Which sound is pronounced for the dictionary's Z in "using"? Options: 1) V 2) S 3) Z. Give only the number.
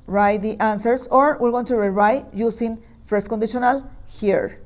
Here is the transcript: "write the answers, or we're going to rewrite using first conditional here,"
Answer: 2